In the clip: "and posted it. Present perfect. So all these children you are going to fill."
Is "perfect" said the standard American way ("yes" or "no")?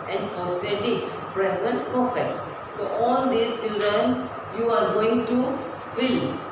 no